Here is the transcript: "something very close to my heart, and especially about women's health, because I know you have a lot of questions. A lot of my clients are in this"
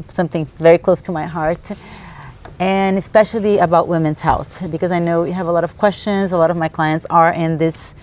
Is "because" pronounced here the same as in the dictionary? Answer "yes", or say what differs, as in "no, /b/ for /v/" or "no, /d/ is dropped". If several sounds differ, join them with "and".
yes